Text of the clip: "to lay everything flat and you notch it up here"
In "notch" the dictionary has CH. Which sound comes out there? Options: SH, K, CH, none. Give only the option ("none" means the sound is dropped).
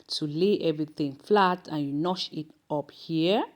SH